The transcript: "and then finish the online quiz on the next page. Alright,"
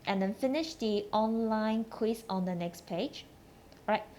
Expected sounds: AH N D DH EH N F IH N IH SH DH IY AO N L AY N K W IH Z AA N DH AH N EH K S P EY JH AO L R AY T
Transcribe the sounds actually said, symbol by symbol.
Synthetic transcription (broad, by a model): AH N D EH N F IH N IH SH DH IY AO N L AY N K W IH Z AA N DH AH N EH K S P EY JH R AY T